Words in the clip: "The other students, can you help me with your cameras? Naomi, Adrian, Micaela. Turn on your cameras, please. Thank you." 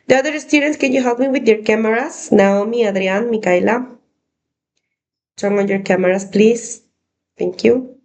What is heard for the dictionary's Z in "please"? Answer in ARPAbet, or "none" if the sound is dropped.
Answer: S